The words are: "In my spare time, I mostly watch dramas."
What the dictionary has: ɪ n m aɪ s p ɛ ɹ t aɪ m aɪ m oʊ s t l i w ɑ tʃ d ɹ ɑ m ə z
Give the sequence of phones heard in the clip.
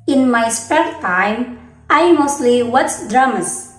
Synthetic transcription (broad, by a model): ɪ n m aɪ s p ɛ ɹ t aɪ m aɪ m oʊ s t l i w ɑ s d ɹ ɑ m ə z